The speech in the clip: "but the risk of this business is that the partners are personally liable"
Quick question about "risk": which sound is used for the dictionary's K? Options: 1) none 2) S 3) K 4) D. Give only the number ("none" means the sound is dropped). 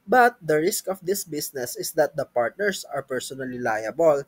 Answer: 3